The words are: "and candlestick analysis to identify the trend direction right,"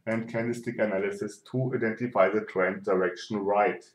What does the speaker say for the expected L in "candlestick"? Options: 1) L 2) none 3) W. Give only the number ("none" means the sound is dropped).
2